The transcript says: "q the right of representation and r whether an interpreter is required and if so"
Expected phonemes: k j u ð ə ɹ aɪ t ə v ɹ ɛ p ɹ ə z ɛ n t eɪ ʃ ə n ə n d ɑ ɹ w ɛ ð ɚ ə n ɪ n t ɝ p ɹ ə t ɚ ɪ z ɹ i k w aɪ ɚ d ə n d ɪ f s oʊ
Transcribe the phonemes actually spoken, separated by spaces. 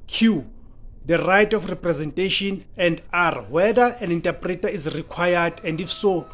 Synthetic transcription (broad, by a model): k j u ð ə ɹ aɪ t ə f ɹ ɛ p ɹ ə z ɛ n t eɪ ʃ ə n ə n d ɑ ɹ w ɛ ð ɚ ə n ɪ n t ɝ p ɹ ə t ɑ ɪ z ɹ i k w aɪ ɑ d ə n d ɪ f s oʊ